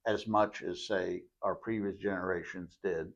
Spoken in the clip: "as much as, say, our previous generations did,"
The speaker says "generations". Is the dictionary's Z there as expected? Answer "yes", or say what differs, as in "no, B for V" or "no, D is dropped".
yes